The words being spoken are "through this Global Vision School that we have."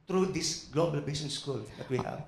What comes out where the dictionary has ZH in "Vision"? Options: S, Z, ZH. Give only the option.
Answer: S